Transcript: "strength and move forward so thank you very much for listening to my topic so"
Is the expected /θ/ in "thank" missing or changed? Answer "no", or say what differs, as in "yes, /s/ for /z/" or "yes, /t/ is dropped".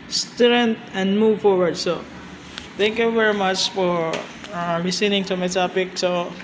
yes, /t/ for /θ/